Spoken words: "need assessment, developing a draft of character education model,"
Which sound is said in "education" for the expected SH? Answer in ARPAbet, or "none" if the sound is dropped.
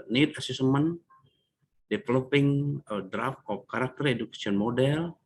S